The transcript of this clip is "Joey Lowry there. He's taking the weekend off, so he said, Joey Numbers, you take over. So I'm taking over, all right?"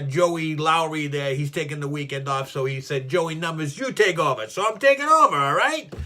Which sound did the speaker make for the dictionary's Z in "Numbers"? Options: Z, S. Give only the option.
Z